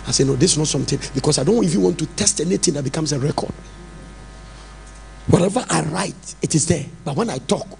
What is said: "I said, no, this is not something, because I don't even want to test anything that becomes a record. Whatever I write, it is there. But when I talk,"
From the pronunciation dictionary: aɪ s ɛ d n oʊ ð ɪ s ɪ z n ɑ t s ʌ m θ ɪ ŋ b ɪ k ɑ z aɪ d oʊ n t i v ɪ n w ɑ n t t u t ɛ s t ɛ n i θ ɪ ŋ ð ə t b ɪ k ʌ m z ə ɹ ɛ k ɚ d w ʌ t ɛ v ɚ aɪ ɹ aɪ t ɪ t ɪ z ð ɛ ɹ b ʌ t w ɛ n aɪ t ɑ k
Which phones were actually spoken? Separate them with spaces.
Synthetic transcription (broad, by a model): aɪ s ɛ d n oʊ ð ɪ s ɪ n ɑ t s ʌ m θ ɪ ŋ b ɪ k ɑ s aɪ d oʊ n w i f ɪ w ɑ n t t u t ɛ s t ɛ n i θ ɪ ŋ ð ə t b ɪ k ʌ m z ə ɹ ɛ k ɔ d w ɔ t ɛ v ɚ aɪ ɹ aɪ t ɪ t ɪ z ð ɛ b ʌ t w ɛ n aɪ t ɑ k